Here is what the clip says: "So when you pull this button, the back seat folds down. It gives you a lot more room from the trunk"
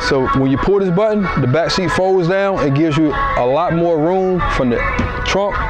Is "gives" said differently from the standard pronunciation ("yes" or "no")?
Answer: no